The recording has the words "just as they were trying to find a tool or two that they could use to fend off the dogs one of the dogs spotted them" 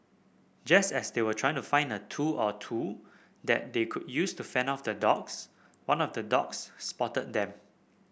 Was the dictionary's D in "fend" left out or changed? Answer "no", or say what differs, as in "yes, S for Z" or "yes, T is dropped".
yes, D is dropped